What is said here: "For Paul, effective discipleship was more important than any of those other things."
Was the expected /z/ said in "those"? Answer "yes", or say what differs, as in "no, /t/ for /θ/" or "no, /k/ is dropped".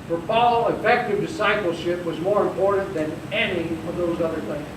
yes